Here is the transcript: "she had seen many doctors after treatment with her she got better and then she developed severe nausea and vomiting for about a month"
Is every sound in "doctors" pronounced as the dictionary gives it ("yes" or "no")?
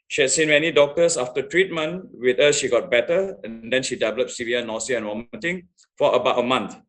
no